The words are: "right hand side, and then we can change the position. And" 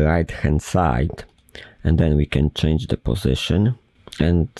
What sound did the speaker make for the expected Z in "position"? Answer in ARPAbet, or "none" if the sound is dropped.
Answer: Z